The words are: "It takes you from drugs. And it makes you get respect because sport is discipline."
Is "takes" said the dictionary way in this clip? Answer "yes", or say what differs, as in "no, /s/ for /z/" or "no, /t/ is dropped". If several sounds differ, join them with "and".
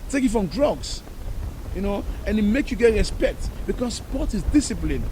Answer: no, /s/ is dropped